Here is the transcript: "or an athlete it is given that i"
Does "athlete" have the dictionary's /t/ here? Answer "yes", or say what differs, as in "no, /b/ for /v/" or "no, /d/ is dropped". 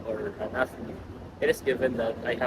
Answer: no, /t/ is dropped